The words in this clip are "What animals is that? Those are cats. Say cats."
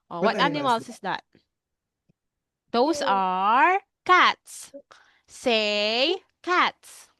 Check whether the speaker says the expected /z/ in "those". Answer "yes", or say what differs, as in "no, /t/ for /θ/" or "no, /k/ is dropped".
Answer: no, /s/ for /z/